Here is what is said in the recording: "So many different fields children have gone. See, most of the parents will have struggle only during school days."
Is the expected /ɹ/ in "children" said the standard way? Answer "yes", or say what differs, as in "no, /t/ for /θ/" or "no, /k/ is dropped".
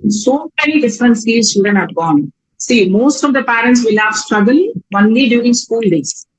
no, /ɹ/ is dropped